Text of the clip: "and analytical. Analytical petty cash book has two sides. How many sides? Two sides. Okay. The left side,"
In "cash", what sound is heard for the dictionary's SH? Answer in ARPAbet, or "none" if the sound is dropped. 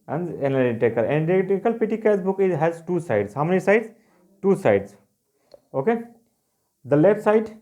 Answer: S